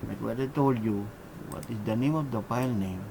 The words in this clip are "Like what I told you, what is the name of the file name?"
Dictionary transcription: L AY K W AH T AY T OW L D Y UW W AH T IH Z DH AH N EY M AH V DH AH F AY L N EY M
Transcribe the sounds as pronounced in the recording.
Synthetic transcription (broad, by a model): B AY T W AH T AY T OW L D Y UW W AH T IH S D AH N EY M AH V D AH P AY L N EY M